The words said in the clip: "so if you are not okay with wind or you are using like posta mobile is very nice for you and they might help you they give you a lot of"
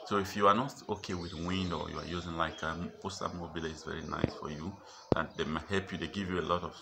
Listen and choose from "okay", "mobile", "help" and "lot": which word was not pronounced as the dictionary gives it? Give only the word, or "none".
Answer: none